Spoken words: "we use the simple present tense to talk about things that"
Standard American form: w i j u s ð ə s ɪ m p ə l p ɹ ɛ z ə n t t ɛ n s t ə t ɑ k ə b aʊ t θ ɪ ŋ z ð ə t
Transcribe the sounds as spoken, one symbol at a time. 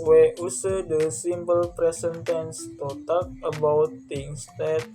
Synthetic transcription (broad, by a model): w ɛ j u s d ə s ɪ m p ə l p ɹ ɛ s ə n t t ɛ n s t ə t ɑ k ə b aʊ t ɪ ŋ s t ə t